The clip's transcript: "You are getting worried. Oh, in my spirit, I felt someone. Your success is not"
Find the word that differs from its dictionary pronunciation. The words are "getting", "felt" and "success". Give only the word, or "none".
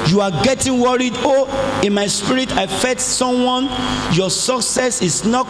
felt